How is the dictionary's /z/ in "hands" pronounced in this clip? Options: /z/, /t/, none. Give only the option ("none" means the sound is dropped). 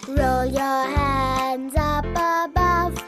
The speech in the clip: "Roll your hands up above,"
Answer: /z/